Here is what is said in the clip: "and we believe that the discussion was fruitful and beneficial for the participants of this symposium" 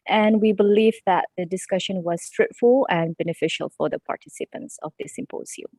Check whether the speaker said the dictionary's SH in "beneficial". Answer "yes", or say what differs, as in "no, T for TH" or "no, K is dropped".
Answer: yes